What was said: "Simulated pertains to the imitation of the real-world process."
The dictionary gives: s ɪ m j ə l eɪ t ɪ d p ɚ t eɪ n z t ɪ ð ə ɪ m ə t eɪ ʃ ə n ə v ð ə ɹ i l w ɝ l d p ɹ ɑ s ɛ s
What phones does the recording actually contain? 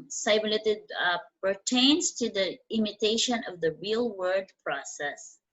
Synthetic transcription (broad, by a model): s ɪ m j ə l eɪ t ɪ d p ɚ t eɪ n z t ɪ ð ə ɪ m ə t eɪ ʃ ə n ə v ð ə ɹ i l w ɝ d p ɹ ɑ s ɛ s